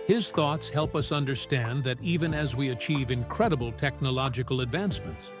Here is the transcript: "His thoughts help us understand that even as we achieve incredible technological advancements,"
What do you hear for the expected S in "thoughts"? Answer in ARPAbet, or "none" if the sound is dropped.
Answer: S